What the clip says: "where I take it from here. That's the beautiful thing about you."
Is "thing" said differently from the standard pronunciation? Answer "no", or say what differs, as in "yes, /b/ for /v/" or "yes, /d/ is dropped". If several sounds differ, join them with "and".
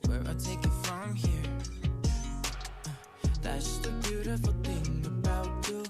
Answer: no